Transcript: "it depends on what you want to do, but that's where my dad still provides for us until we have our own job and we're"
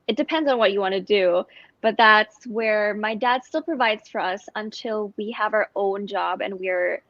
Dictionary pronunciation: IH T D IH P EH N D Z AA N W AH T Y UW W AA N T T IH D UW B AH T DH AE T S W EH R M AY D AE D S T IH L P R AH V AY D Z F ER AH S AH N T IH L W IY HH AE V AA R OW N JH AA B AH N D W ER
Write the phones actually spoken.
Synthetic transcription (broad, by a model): IH T D IH P EH N D Z N W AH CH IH W AA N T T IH D UW B AH T DH AE T S W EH R M AY D AE D S T IH L P R AH V AY D Z F ER AH S AH N T IH L W IY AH V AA R OW N JH AA B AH N W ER